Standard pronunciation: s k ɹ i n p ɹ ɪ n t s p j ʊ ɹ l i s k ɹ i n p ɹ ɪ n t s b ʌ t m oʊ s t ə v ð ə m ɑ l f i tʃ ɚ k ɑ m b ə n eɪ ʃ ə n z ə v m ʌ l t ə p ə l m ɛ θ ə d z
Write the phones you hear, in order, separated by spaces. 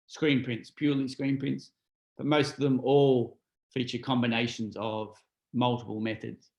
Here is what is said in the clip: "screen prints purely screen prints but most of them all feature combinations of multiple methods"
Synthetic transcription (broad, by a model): s k ɹ i n p ɹ ɪ n t s p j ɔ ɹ l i s k ɹ i n p ɹ ɪ n t s b ʌ t m oʊ s t ə v ð ə m ɑ l f i tʃ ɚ k ɑ m b ə n eɪ ʃ ə n z ə v m ʌ l t ə p ə l m ɛ θ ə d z